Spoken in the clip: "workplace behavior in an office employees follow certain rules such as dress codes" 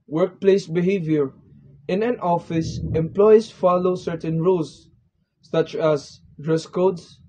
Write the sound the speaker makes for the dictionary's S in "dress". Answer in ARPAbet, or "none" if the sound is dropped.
S